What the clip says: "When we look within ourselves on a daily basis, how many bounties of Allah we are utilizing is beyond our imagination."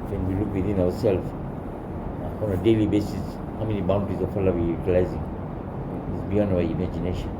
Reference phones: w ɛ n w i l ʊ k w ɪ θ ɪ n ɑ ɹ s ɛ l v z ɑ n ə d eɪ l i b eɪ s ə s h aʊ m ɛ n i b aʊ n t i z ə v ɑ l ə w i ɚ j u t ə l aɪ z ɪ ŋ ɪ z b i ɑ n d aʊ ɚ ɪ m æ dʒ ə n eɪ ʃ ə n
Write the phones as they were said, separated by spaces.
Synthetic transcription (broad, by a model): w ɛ n w i l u k w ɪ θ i n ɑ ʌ s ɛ l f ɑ ɑ n ə d eɪ l i b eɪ s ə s h aʊ m ɛ n i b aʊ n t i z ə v ɑ l ə w i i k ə l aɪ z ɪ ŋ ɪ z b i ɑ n aʊ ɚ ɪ m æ dʒ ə n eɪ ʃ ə n